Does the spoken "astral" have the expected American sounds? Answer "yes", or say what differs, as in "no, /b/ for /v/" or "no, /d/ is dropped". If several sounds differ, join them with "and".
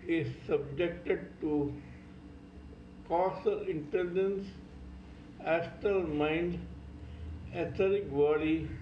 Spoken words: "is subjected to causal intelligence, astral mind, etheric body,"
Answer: no, /ɹ/ is dropped